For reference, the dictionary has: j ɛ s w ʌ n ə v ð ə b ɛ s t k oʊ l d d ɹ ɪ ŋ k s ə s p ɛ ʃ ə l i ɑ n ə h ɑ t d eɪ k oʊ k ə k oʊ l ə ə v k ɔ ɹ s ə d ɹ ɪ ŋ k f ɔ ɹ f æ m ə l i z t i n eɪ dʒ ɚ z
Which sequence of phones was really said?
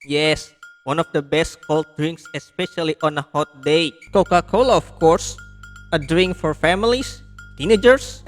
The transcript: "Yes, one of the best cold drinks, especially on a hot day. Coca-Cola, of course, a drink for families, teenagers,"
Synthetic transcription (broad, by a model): j ɛ s w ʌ n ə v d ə b ɛ s t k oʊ l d d ɹ ɪ ŋ k s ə s p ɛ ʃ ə l i ɑ n ə h ɑ t d eɪ k oʊ k ə k oʊ l ə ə f k ɔ ɹ s ə d ɹ ɪ ŋ k f ɔ ɹ f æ m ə l i s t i n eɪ dʒ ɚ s